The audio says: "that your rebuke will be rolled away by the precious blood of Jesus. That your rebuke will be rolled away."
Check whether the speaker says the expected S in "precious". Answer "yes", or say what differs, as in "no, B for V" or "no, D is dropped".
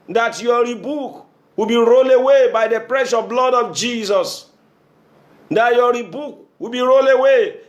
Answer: no, S is dropped